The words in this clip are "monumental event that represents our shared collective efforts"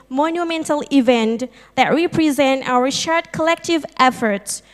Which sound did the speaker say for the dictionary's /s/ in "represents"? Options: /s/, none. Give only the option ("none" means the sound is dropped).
none